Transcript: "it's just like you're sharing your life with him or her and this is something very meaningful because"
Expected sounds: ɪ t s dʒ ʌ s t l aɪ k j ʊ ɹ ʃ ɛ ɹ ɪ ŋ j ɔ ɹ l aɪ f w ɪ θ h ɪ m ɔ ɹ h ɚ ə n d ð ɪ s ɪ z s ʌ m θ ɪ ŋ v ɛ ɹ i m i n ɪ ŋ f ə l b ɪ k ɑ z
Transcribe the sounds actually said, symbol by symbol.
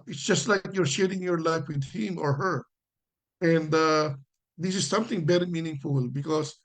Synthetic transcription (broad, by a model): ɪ t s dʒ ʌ s t l aɪ k j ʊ ɹ ʃ ɛ ɹ ɪ ŋ j ɔ ɹ l aɪ f w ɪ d h ɪ m ɔ ɹ h ɚ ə n d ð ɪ s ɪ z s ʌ m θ ɪ ŋ b ɛ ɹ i m i n ɪ ŋ f ə l b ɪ k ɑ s